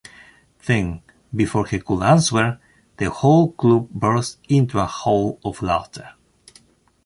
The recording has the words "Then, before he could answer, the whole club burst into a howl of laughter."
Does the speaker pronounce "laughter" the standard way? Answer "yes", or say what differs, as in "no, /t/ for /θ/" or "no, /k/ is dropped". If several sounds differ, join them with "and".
no, /f/ is dropped